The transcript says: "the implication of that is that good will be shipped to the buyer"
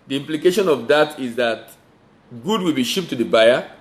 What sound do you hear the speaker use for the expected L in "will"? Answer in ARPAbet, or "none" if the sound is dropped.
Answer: L